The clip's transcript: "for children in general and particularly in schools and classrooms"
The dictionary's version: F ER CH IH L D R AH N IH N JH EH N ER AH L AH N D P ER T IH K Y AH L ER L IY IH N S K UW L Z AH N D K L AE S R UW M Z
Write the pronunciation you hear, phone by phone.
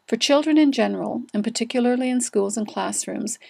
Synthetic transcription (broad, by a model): F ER CH IH L D R AH N IH N JH EH N ER AH L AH N P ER T IH K Y L ER L IY IH N S K UW L Z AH N K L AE S R UW M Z